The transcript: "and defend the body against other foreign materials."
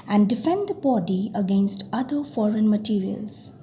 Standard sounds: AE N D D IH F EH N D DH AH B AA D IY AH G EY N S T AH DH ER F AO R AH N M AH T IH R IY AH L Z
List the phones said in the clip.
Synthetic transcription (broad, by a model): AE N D D IH F EH N D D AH B AA D IY AH G EY N S T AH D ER F AO R AH N M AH T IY R IY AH L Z